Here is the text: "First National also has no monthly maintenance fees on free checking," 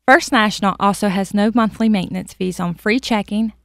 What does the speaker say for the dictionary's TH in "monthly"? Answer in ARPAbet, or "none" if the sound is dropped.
TH